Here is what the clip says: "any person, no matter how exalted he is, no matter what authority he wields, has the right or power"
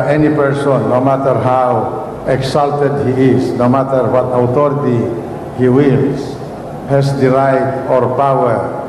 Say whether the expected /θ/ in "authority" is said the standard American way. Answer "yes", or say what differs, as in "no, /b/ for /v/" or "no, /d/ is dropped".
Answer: no, /t/ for /θ/